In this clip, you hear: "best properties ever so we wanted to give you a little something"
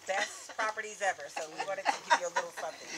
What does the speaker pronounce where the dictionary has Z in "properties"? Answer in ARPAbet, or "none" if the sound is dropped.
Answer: Z